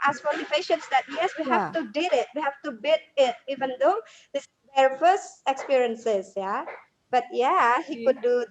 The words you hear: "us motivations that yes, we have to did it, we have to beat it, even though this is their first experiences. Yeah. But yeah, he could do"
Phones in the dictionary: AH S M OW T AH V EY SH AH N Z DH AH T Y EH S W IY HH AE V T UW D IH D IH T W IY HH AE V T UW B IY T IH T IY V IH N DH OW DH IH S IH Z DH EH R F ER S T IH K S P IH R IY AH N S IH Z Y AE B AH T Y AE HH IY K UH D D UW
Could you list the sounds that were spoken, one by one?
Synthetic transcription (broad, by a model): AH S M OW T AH P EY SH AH N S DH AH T Y EH S W IY HH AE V T UW D IH D IH T W IY HH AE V T UW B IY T IH T IY V IH N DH OW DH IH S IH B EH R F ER S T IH K S P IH R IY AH N S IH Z Y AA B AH T Y AE HH IY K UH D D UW